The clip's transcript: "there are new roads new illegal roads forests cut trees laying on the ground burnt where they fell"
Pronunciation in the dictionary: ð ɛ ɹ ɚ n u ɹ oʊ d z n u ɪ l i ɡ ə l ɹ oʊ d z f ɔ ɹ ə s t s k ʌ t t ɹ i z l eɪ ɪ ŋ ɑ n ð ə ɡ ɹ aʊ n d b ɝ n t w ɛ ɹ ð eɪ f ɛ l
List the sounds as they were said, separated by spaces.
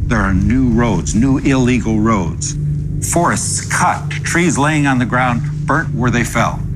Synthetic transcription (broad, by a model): ð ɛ ɹ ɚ n u ɹ oʊ d z n u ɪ l i ɡ l ɹ oʊ d z f ɔ ɹ ə s t s k ʌ t t ɹ i z l eɪ ɪ ŋ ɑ n ð ə ɡ ɹ aʊ n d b ɝ t w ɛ ɹ ð eɪ f ɛ l